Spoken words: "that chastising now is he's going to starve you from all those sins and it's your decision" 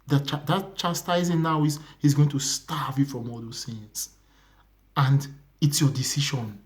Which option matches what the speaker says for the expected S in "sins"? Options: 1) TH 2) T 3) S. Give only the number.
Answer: 1